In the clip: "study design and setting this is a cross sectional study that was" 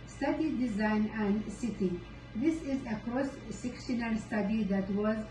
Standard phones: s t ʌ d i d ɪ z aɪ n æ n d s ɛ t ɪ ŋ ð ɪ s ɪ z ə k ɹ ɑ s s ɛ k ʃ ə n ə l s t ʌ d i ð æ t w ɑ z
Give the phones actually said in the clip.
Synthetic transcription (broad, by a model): s t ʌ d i d ɪ z aɪ n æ n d s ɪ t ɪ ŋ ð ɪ s ɪ z ə k ɹ ɑ s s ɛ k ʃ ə n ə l s t ʌ d i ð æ t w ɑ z